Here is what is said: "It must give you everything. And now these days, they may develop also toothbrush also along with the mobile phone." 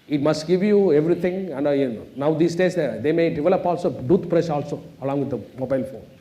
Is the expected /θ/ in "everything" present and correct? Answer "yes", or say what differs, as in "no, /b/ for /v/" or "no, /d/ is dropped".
no, /t/ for /θ/